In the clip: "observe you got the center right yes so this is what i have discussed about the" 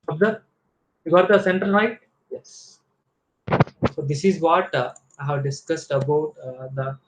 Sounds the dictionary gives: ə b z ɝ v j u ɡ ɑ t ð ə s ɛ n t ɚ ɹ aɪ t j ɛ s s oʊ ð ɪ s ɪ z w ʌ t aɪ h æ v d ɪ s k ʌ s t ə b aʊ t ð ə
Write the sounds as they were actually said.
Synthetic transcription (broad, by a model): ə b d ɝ j u ɡ ɑ t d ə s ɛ n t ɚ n aɪ t j ɛ s s oʊ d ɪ s ɪ z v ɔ t aɪ h æ v d ɪ s k ʌ s t ə b aʊ t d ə